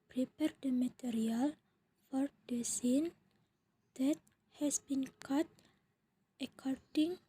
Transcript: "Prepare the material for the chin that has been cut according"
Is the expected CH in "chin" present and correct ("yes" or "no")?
no